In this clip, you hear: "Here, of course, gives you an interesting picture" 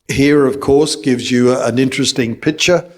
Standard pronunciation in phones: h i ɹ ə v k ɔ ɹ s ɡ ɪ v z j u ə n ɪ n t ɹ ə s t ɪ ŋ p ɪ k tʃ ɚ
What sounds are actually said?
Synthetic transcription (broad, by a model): h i ɹ ə v k ɔ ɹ s ɡ ɪ v z j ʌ ə n ɪ n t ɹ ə s t ɪ ŋ p ɪ k tʃ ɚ